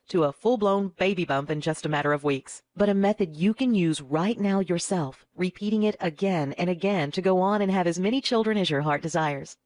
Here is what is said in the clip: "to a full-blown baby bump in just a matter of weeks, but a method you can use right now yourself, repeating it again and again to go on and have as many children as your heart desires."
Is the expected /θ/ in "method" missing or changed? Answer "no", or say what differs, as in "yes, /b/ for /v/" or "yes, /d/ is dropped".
no